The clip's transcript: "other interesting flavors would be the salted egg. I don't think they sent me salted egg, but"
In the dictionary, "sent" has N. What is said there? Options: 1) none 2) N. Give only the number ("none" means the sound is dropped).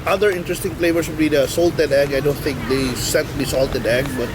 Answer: 1